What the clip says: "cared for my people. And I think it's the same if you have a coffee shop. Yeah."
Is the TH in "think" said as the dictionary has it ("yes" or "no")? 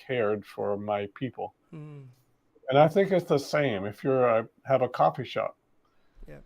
yes